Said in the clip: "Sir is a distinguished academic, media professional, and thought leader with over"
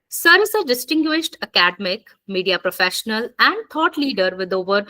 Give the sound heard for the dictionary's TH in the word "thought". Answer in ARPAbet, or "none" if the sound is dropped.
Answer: T